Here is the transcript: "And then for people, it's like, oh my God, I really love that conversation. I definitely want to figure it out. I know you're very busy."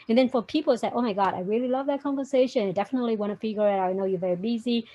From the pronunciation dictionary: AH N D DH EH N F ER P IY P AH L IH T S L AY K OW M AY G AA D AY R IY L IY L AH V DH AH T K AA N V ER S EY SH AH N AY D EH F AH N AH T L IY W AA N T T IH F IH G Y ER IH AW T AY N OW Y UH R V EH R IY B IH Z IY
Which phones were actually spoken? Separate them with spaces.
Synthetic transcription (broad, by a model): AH N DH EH N F ER P IY P L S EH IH OW M AY G AA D AY R IY L IY L AH V DH AH T K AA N V ER S EY SH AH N AY D EH F AH N AH T L IY W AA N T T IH F IH G Y ER IH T AY N OW Y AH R V EH R IY B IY Z IY